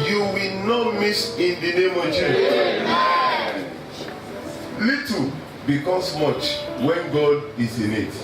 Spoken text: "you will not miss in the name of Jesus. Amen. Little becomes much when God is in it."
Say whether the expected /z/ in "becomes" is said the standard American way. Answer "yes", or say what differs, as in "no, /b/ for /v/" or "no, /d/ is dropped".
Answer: no, /s/ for /z/